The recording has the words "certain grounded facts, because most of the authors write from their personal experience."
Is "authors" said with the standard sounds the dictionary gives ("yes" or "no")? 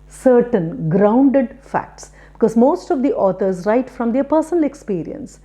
no